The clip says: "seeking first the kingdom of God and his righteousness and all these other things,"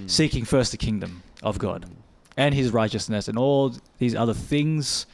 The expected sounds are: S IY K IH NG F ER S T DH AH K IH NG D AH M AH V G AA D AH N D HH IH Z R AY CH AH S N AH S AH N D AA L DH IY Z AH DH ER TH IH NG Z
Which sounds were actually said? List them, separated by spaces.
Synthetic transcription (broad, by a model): S IY K IH NG F ER S T DH AH K IH NG D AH M AH V G AA D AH N IH Z R AY CH AH S N AH S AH N AA L DH IY Z AH DH ER TH IH NG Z